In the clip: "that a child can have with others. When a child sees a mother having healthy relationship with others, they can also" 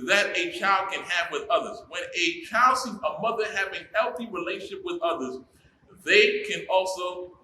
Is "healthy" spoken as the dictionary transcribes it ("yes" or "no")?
yes